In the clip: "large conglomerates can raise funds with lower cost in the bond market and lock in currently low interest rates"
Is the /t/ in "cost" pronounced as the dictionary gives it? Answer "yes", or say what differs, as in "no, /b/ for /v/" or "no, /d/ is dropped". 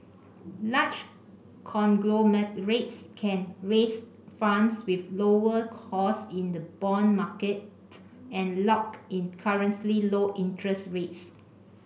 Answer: no, /t/ is dropped